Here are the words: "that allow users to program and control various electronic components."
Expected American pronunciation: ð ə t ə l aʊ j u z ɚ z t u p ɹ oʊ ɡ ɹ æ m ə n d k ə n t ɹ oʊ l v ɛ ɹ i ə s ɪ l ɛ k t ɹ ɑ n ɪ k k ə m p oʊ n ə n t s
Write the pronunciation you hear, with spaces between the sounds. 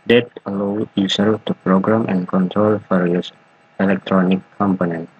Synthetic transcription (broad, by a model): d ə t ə l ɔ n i s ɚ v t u p ɹ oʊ ɡ ɹ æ m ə n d k ə n t ɹ oʊ l f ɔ ɹ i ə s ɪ l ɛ k t ɹ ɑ n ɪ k k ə m p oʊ n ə n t